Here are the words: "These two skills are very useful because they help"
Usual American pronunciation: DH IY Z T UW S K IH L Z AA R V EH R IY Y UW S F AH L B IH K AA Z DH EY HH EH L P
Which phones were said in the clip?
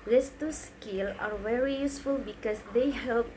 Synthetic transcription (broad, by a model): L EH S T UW S K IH L AA R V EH R IY Y UW S F AH L B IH K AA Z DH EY HH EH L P